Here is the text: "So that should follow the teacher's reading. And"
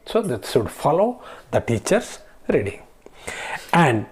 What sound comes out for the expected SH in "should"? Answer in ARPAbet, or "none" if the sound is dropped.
S